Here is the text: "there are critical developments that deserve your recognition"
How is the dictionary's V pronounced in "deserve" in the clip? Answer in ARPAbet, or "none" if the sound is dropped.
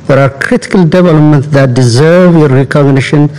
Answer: V